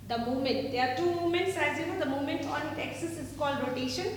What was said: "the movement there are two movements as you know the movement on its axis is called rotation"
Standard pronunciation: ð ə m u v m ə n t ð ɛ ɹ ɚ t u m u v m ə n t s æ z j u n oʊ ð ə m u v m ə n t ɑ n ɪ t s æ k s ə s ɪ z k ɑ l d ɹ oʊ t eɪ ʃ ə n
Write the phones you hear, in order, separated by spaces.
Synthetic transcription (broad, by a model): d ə m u m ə n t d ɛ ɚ t u m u m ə n t s æ z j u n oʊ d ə m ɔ m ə n t ɑ n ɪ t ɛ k s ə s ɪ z k ɑ l d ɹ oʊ t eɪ ʃ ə n